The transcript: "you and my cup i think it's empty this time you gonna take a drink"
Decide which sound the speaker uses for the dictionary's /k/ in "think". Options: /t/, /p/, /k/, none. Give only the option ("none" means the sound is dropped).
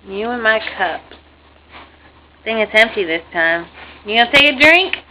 none